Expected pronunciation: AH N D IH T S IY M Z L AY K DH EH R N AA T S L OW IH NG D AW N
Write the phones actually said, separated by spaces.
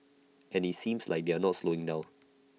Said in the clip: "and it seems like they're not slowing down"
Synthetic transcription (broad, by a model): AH N IH T S IY M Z L AY K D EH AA N AA T S L OW IH NG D AW